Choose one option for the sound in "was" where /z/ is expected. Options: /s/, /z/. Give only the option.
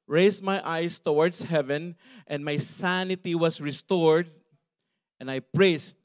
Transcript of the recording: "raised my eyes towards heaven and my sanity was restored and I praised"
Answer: /s/